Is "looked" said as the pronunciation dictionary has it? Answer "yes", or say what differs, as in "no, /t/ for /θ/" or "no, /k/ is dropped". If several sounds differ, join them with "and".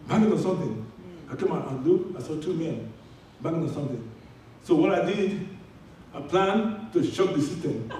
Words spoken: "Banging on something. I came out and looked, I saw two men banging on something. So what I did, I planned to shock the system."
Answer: no, /t/ is dropped